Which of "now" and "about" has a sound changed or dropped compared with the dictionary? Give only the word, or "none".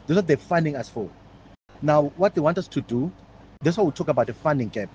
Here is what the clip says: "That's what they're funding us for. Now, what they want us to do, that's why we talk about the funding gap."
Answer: none